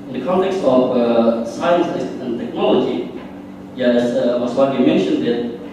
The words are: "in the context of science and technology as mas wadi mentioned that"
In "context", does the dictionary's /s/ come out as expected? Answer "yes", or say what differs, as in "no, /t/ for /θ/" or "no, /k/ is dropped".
yes